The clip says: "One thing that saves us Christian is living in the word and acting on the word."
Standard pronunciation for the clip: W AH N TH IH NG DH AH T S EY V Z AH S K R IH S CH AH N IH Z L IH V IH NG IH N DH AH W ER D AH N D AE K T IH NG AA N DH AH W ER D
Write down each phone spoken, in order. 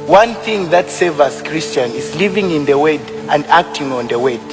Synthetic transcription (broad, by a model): W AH N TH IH NG DH AH T S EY V AH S K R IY S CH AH N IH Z L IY V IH NG IH N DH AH W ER D AH N D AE K T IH NG AA N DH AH W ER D